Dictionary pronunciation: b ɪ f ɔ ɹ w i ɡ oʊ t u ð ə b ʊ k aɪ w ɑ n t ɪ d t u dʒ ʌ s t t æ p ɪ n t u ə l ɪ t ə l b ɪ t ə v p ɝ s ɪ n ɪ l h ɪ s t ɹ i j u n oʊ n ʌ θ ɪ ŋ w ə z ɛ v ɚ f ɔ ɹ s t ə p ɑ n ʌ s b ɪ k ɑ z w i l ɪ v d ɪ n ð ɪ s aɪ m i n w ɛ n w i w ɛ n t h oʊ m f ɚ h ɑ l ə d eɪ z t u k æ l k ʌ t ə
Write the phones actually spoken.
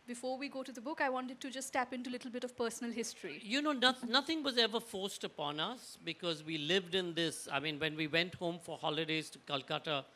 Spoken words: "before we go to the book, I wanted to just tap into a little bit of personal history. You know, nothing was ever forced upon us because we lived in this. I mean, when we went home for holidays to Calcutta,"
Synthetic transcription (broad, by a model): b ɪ f ɔ ɹ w i ɡ oʊ t u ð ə b ʊ k aɪ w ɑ n t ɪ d t u dʒ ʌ s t t æ p ɪ n t u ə l ɪ t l b ɪ t ə v p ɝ s n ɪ l h ɪ s t ɹ i j u n oʊ n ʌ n ɪ ŋ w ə z ɛ v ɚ f ɔ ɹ s t ə p ɑ n ʌ s b ɪ k ɑ z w i l ɪ v d ɪ n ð ɪ s aɪ m i n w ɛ n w i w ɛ n t h oʊ m f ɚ h ɑ l ə d eɪ z t u k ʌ l k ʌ t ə